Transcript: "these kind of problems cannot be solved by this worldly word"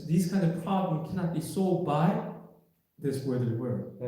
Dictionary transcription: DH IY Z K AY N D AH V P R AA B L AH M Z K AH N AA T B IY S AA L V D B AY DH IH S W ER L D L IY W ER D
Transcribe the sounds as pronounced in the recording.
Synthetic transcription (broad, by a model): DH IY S K AY N D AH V P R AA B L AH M K AH N AA T B IY S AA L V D B AY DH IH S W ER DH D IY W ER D